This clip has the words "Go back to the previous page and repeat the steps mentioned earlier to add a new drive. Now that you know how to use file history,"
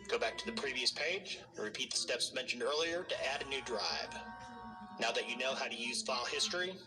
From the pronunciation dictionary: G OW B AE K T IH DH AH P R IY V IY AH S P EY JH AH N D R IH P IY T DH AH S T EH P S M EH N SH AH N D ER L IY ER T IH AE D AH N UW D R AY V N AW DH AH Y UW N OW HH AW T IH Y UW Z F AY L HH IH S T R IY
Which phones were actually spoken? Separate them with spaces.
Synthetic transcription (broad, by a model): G OW B AE K T IH DH AH P R IY V IY AH S P EY AH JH R IH P IY T DH AH S T EH P S M EH N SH N D ER L IY ER T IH AE D AH N UW D R AY V N AW DH AH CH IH N OW HH AW T IH Y UW Z F AY L HH IH S T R IY